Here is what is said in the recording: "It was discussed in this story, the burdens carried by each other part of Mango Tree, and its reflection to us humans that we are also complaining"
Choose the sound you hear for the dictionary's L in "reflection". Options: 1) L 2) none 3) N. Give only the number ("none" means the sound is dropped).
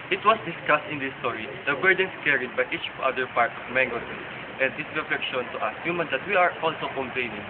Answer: 2